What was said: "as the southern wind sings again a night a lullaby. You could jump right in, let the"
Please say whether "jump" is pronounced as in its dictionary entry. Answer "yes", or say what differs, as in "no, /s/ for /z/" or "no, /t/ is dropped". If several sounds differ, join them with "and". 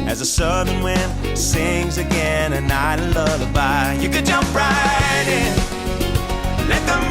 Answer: yes